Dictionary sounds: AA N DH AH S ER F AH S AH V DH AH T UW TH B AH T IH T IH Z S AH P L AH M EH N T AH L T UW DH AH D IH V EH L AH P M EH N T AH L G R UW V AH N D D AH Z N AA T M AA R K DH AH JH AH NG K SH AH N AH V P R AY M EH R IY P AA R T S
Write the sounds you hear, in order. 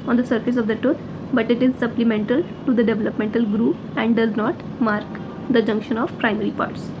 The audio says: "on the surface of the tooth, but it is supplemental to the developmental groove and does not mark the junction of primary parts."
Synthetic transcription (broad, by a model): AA N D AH S ER F AH S AH V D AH T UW T B AH T IH T IH Z S AH P L AH M EH N T AH L T UW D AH D IH V EH L AH P M EH N T AH L G R UW P AH N D D AH Z N AA T M AA R K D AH JH AH NG K SH AH N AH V P R AY M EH R IY P AA R T S